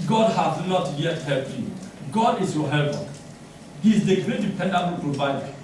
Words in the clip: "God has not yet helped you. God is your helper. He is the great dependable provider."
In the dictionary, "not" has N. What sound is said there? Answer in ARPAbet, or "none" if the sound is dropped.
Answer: N